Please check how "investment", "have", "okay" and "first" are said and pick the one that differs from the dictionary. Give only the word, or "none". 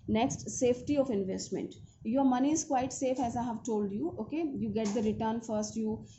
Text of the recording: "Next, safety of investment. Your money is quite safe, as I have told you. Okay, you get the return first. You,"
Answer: none